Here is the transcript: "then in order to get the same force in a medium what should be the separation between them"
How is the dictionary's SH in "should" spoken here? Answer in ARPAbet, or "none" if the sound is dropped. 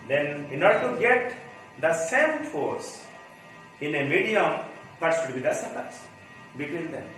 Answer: S